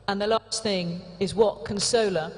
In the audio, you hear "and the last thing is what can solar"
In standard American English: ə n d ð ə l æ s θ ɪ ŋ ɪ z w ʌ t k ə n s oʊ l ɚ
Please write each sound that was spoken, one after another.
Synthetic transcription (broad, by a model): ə n ð ə l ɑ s θ ɪ ŋ ɪ z w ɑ t k ə n s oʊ l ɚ